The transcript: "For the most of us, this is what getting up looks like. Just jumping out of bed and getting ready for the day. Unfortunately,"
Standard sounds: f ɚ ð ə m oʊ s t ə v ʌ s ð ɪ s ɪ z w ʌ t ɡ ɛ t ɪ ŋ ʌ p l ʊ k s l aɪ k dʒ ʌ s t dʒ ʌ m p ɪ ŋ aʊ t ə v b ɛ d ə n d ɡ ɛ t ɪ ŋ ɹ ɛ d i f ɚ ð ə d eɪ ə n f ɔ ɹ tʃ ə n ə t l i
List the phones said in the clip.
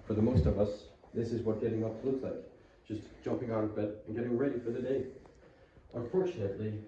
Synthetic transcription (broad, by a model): f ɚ ð ə m oʊ s t ə v ʌ s ð ɪ s ɪ z w ʌ t ɡ ɛ t ɪ ŋ ʌ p l ʊ k s l aɪ k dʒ ʌ s dʒ ʌ m p ɪ ŋ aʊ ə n b ɛ d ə n ɡ ɛ t ɪ ŋ ɹ ɛ d i f ɚ ð ə d eɪ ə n f ɔ ɹ tʃ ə n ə t l i